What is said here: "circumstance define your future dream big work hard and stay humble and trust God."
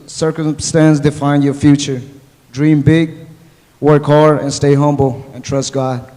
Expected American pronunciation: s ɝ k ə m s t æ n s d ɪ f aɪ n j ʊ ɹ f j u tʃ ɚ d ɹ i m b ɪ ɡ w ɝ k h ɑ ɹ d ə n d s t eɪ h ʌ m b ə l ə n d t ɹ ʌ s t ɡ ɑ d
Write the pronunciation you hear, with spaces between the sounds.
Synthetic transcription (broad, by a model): s ɝ k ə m s t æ n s d ɪ f aɪ n j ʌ ɹ f j u tʃ ɚ d ɹ i m b ɪ ɡ w ɝ k h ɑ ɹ ə n s t eɪ h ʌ m b l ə n t ɹ ʌ s t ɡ ɑ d